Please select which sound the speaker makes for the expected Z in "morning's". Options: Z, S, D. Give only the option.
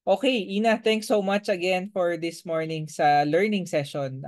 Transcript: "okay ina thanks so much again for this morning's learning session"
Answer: S